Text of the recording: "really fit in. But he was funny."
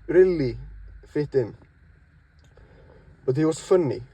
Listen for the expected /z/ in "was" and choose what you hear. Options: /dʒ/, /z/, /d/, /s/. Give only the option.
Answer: /s/